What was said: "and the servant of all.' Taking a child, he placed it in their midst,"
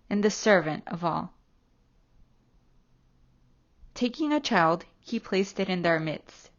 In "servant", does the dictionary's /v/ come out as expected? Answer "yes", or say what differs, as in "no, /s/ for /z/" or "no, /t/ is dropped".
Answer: yes